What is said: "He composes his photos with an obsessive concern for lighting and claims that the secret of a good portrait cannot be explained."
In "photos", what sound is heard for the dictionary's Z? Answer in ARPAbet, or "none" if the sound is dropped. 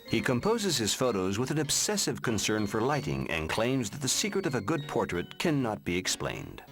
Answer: Z